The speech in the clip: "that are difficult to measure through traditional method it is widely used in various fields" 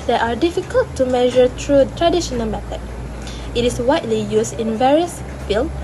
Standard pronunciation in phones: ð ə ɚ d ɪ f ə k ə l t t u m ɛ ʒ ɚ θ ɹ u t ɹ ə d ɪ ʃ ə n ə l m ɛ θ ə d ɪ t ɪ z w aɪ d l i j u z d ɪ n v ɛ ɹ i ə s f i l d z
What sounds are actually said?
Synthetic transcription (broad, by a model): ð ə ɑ d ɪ f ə k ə l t t u m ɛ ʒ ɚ t ɹ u t ɹ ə d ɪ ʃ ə n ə l m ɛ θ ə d ɪ t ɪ s w aɪ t l i j u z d ɪ n v ɛ ɹ i ə s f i l